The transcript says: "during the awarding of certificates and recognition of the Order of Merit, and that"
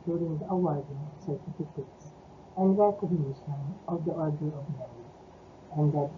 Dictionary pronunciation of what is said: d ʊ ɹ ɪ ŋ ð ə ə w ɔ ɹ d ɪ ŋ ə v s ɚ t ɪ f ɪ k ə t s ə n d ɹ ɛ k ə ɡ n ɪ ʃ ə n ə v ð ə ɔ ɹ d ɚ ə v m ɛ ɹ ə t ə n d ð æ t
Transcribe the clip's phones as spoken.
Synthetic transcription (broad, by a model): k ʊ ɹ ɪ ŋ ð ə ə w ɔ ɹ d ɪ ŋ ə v s ɚ t ɪ f ɪ k ə t s ə n d ɹ ɛ k ə ɡ n ɪ ʃ ə n ə v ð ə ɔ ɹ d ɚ ə v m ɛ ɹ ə ə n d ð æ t